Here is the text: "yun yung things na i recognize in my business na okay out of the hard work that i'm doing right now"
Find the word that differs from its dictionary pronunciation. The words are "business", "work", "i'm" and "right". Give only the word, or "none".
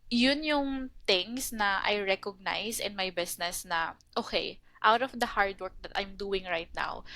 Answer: business